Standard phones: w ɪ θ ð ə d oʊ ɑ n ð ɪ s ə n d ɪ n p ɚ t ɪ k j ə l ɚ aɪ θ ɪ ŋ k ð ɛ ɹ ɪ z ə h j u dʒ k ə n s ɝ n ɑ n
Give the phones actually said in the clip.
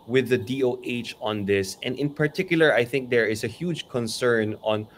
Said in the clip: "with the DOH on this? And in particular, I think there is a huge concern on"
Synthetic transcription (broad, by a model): w ɪ ð ə d oʊ ɑ n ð ɪ s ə n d ɪ n p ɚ t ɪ k j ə l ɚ aɪ θ ɪ ŋ k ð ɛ ɹ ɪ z ə h j u dʒ k ə n s ɝ n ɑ n